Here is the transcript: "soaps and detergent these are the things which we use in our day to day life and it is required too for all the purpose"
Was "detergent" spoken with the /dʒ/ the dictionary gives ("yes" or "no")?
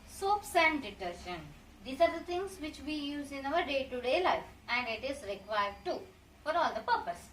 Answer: no